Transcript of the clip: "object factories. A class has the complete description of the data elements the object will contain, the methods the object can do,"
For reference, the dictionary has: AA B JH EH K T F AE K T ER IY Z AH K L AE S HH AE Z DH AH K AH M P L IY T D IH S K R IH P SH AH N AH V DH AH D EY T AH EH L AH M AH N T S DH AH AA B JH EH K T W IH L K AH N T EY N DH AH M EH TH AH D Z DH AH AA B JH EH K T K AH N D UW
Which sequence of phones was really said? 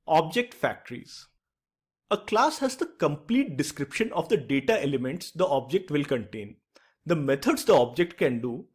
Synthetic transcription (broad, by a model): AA B JH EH K T F AE K T ER IY Z AH K L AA S HH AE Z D AH K AH M P L IY T D IH S K R IH P SH AH N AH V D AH D EY T AH EH L AH M AH N T S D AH AA B JH EH K T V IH L K AH N T EY N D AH M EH T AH D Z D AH AA B JH EH K T K AH N D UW